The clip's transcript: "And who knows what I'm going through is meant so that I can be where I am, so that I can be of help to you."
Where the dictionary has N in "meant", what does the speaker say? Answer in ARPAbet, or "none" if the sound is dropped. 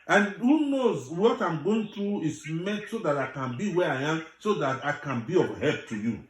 none